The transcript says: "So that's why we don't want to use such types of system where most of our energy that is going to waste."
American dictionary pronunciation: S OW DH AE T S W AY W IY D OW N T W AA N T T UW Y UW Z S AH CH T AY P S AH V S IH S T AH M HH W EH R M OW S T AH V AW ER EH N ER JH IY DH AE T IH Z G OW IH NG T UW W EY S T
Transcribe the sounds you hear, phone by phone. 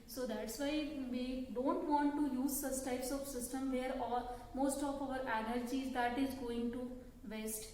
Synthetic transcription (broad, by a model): S OW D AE T S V AY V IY D OW N T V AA N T T UW Y UW Z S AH S T AY P S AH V S IH S T AH M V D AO R M OW S T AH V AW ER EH N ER JH IY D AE T IH Z G OW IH NG T UW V EY S T